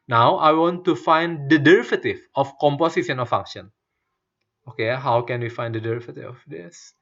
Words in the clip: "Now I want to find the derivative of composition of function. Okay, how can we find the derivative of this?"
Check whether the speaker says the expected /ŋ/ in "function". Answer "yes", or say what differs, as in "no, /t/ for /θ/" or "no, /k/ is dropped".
no, /ŋ/ is dropped